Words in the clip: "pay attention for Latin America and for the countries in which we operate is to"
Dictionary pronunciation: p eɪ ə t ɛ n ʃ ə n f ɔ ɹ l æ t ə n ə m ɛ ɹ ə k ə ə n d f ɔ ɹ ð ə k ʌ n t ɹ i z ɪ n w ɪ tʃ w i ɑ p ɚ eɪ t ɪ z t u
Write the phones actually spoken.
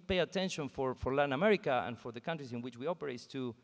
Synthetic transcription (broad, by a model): p eɪ ə t ɛ n ʃ ə n f ɔ ɹ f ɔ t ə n ə m ɛ ɹ ə k ə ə n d f ɔ ɹ ð ə k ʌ n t ɹ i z ɪ n w ɪ tʃ w i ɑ p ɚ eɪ ɪ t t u